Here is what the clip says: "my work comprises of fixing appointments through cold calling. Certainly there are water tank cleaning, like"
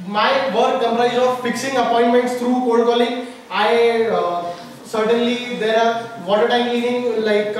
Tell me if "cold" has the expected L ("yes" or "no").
no